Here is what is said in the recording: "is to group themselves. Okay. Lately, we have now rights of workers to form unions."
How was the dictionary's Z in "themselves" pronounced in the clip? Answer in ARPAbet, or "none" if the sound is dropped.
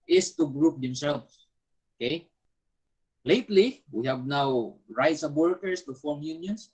S